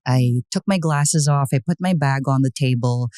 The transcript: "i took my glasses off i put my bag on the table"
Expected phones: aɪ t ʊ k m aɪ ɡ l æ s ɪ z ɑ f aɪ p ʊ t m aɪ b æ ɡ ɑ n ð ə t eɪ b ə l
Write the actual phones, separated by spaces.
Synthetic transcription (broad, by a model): aɪ t ʊ k m aɪ ɡ l æ s ɪ z ɑ f aɪ p ʊ t m aɪ b æ ɡ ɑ n ð ə t eɪ b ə l